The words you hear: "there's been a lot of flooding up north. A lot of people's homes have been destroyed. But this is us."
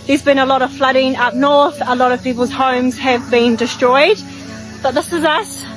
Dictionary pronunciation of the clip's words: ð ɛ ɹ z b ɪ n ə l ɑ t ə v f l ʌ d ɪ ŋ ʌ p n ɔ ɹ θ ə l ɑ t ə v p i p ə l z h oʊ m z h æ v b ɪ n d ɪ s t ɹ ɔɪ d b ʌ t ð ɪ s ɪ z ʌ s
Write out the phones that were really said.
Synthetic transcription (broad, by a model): ð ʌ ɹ z b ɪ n ə l ɑ t ə v f l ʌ d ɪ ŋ ʌ p n ɔ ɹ θ ə l ɑ t ə v p i p ə l z h oʊ m z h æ v b ɪ n d ɪ s t ɹ ɔɪ d b ʌ t ð ɪ s ɪ z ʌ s